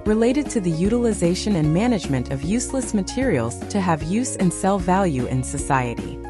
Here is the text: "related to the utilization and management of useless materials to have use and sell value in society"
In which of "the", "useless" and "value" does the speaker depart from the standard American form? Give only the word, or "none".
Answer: none